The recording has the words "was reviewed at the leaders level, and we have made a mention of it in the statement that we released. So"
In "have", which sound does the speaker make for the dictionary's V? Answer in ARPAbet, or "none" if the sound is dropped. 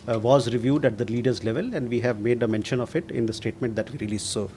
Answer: V